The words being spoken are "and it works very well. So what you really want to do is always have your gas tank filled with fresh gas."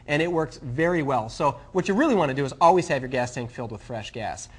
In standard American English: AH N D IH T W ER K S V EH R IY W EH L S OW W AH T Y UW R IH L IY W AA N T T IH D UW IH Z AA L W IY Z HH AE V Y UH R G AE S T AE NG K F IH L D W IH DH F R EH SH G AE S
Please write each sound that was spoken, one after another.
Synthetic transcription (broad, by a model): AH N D IH T W ER K S V EH R IY W EH L S OW W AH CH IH R IH L IY W AA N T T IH D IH IH Z AA L W IY Z HH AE V Y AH R G AE S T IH NG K F IH L D W IH DH F R EH SH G AE S